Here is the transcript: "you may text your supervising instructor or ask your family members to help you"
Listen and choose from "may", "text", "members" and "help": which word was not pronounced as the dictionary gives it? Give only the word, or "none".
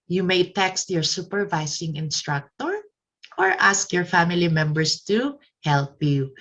members